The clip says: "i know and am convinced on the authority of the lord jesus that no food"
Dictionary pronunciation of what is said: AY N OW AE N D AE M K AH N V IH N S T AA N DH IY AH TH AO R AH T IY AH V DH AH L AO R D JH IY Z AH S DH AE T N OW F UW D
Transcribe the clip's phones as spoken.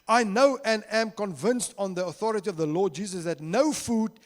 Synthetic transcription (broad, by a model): AY N OW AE N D AE M K AH N V IH N S T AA N DH IY AH TH AO R AH T IY AH V DH AH L AO D JH IY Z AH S DH AE T N OW F UW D